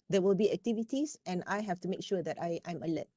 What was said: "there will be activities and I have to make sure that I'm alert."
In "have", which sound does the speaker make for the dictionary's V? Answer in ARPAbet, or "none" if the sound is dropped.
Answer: F